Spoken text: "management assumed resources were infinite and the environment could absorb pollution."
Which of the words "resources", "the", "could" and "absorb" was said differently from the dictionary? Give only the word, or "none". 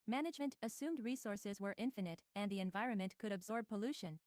none